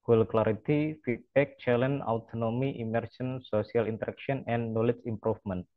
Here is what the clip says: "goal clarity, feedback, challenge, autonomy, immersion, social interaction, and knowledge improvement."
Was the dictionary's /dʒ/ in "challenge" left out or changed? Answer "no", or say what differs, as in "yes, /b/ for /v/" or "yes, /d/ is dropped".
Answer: yes, /dʒ/ is dropped